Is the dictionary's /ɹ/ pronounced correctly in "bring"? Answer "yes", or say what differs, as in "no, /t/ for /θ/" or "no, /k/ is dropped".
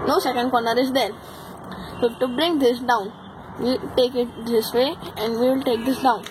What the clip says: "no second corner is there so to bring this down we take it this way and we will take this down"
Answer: yes